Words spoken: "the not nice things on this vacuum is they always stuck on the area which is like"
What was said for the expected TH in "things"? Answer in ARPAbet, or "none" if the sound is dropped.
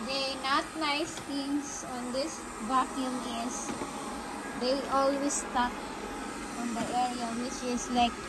T